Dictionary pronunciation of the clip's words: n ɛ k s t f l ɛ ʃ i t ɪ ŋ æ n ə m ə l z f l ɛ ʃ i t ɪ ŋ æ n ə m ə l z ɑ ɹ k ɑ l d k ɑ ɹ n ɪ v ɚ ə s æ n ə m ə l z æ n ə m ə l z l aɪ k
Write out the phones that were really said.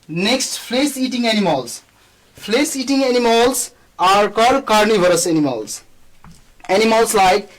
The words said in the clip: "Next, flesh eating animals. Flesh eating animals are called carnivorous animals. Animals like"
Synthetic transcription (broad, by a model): n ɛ k s t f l ɛ s i t ɪ ŋ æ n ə m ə l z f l ɛ s i t ɪ ŋ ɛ n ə m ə l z ɑ ɹ k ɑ d k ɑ ɹ n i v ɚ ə s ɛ n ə m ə l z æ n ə m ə l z l aɪ k